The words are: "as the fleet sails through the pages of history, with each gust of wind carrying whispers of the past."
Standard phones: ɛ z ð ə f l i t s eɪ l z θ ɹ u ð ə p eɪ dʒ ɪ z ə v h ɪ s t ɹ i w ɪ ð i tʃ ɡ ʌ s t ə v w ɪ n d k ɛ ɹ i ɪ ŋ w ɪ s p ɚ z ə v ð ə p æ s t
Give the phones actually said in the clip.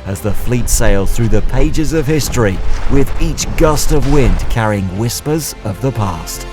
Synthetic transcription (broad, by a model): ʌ z ð ə f l i t s eɪ l θ ɹ u ð ə p eɪ dʒ ɪ z ə v h ɪ s t ɹ i w ɪ ð i tʃ ɡ ʌ s t ə v w ɪ n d k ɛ ɹ i ɪ ŋ w ɪ s p ɚ z ə v ð ə p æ s t